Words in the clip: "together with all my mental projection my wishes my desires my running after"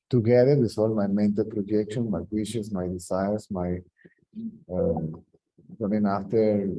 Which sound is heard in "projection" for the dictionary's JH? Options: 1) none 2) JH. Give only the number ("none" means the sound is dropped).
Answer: 2